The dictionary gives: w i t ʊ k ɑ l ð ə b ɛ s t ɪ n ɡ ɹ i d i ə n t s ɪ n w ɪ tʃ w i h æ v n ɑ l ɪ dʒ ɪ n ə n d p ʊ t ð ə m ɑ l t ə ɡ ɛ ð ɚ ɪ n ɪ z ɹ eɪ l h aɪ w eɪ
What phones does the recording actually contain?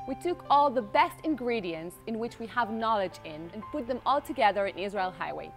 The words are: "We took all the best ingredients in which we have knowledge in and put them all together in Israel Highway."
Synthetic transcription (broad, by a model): w i t ʊ k ɑ l ð ə b ɛ s t ɪ n ɡ ɹ i d i ə n t s ɪ n w ɪ tʃ w i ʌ v n ɑ l ɪ dʒ ɪ n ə n p ʊ t ð ə m ɑ l t ə ɡ ɛ ð ɚ ɪ n ɪ z ɹ eɪ l h aɪ w eɪ